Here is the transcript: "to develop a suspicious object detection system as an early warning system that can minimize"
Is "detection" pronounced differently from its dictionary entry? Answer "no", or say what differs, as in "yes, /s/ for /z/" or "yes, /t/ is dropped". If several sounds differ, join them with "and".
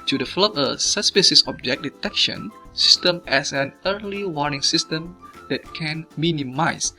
no